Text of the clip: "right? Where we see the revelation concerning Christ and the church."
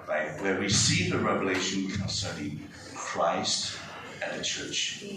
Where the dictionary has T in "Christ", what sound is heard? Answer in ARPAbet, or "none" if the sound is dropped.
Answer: T